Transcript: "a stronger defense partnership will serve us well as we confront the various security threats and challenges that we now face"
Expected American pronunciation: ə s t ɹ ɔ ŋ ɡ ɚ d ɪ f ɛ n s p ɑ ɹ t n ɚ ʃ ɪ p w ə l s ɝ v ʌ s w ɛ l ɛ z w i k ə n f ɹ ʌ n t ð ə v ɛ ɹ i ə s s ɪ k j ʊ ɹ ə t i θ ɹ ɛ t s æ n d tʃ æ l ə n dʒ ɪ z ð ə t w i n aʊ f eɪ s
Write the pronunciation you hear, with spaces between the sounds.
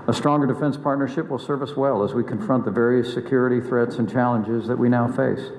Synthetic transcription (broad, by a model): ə s t ɹ ɔ ŋ ɡ ɚ d ɪ f ɛ n s p ɑ ɹ t n ɚ ʃ ɪ p w ə l s ɝ v ʌ s w ɛ l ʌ z w i k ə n f ɹ ʌ n ð ə v ɛ ɹ i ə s s ɪ k j ʊ ɹ ə t i θ ɹ ɛ t s n tʃ æ l ə n dʒ ɪ z ð ə t w i n aʊ f eɪ s